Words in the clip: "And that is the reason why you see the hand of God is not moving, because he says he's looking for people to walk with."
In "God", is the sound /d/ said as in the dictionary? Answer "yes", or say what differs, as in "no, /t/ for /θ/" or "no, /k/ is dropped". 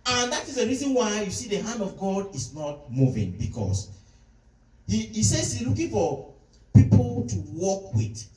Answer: yes